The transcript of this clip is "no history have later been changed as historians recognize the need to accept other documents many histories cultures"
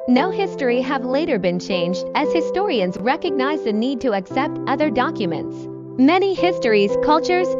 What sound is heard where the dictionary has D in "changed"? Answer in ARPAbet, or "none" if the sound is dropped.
D